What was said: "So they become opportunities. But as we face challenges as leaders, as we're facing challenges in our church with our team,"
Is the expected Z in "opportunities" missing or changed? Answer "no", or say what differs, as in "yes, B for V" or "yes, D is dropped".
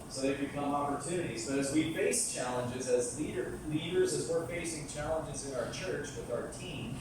no